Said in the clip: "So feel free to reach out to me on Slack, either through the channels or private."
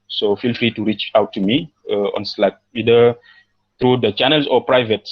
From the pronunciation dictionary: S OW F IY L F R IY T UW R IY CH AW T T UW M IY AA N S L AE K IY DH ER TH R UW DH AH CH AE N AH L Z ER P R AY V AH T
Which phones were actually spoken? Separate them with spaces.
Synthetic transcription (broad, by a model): S OW F IY L F R IY T UW R IY CH AW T T UW M IY AA N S L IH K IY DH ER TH R UW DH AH CH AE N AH L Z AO P R AY V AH T